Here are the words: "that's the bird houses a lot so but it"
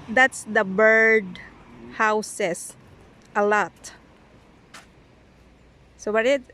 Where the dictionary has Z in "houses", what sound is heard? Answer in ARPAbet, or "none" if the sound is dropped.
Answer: S